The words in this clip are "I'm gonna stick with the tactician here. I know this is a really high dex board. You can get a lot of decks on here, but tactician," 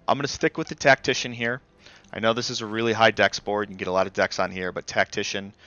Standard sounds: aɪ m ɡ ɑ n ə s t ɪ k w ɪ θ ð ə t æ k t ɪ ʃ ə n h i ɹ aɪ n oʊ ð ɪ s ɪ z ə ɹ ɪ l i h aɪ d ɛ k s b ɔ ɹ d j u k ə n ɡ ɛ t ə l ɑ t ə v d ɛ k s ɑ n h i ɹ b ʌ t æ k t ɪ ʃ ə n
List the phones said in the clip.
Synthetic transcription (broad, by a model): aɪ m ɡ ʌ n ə s t ɪ k w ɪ ð ə t æ k t ɪ ʃ ə n h i ɹ aɪ n oʊ ð ɪ s ɪ z ə ɹ ɪ l i h aɪ d ɛ k s b ɔ ɹ d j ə ɡ ɛ t ə l ɑ t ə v d ɛ k s n h i ɹ b ʌ t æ k t ɪ ʃ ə n